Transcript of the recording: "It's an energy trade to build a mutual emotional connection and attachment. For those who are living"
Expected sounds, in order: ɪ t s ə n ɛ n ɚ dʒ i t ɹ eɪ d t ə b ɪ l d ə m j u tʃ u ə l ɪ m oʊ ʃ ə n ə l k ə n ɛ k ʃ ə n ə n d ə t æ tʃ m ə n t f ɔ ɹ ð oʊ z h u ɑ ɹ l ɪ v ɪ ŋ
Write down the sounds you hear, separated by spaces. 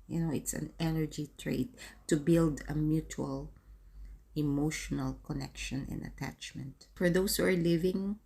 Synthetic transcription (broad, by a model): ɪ t s ə n ɛ n ɚ dʒ i t ɹ eɪ d t ə b ɪ l d ə m j u tʃ u ə l ɪ m oʊ ʃ ə n ə l k ə n ɛ k ʃ ə n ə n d ə t æ tʃ m ə n t f ɔ ɹ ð oʊ s h u ɑ ɹ l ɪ v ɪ ŋ